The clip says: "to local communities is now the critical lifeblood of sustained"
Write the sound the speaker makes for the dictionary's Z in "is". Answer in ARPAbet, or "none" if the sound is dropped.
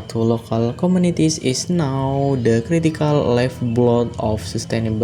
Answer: S